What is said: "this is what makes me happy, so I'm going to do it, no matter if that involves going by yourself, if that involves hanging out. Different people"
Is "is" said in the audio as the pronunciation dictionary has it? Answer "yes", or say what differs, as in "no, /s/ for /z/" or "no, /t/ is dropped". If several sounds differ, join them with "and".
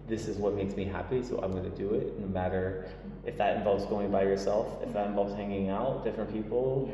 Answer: yes